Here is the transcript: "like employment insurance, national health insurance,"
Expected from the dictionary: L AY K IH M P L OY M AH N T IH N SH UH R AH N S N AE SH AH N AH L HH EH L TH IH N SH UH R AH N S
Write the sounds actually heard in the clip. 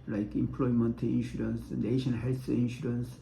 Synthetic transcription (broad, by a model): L AY K IH M P L OY M AH N T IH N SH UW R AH N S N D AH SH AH N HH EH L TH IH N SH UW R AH N S